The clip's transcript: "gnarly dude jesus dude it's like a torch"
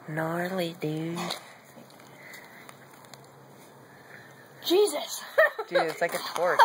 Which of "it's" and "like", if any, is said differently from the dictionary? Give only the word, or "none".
it's